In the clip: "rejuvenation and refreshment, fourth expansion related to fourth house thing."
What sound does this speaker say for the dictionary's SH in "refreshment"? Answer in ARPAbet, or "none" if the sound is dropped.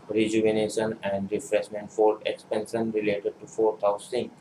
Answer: S